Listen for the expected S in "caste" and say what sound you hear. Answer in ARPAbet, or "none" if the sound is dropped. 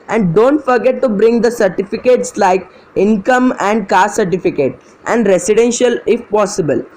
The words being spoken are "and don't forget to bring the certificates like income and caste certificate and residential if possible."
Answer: none